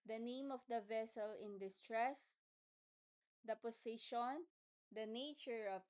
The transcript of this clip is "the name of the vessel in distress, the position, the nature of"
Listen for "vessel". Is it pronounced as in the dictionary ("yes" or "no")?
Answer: yes